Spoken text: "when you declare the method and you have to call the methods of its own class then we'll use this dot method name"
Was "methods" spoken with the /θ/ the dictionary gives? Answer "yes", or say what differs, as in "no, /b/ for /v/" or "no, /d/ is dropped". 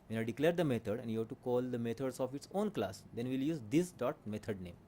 no, /t/ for /θ/